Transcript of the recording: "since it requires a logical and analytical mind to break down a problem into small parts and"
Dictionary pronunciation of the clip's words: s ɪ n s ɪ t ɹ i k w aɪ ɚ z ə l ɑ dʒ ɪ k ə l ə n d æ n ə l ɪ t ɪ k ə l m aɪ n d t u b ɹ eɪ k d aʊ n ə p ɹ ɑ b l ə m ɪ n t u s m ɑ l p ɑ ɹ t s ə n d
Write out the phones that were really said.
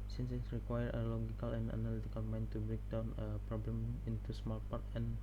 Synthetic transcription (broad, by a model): s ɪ n s ɪ t ɹ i k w aɪ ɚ ə l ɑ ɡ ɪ k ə l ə n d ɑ n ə l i t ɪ k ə l m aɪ n t u b ɹ eɪ k d aʊ n ə p ɹ ɑ b l ə m ɪ n t u s m ɑ l p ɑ ɹ t ə n